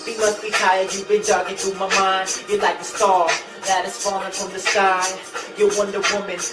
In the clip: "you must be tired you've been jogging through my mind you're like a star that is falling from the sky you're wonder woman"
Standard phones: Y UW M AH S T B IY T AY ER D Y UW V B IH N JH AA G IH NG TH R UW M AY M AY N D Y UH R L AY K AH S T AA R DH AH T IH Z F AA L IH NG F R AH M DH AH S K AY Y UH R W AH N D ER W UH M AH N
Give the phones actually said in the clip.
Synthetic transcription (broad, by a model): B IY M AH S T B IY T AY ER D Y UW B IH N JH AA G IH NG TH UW M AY M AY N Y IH L AY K AH S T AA L DH AH T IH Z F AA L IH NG F R AH M DH AH S K AY Y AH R W AH N D ER W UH M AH N